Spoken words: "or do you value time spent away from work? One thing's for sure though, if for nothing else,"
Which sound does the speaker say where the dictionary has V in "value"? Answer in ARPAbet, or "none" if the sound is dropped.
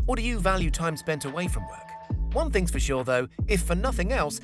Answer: V